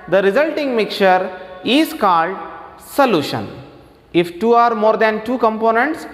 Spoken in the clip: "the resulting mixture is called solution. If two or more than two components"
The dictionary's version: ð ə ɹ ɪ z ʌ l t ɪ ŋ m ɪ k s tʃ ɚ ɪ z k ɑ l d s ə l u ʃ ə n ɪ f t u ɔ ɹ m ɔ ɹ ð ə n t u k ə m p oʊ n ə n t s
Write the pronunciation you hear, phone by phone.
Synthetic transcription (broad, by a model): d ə ɹ ɪ z ʌ l t ɪ ŋ m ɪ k tʃ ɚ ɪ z k ɑ l d s ə l u ʃ ə n ɪ f t u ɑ ɹ m ɔ ɹ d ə n t u k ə m p oʊ n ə n t s